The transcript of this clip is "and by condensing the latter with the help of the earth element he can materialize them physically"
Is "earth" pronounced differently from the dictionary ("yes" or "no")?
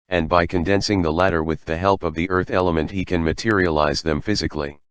no